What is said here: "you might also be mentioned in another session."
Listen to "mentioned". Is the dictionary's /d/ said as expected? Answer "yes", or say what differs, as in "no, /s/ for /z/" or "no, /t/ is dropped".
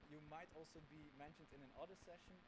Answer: yes